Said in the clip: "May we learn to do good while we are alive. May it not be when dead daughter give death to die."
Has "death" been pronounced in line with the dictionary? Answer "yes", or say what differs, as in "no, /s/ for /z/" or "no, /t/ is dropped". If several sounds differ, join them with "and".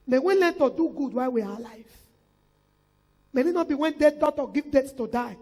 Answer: no, /s/ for /θ/